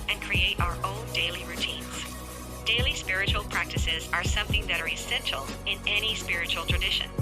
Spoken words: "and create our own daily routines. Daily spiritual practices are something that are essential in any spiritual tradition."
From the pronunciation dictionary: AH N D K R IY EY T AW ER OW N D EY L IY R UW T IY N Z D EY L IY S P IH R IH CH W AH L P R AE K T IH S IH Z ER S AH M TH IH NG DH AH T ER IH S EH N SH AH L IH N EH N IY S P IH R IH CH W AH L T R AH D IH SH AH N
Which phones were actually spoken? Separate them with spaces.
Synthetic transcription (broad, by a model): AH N K R IY EY T AW ER OW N D EY L IY R UW T IY N Z D EY L IY S P IH R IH CH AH L P R AE K T IH S IH Z ER S AH M TH IH NG DH AH T ER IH S EH N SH L IH N EH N IY S P IH R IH CH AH L T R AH D IH SH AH N